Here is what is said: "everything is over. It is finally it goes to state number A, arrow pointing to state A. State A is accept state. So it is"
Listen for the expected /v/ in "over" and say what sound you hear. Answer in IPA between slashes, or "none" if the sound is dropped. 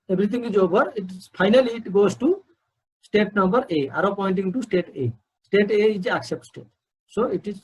/b/